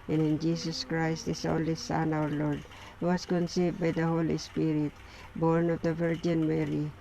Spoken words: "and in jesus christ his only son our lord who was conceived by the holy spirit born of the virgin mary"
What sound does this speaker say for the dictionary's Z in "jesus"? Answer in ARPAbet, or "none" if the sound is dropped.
S